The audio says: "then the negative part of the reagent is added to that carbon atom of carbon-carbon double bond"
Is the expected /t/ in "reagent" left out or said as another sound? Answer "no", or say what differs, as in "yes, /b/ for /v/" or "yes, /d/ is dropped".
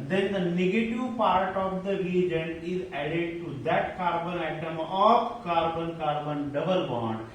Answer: yes, /t/ is dropped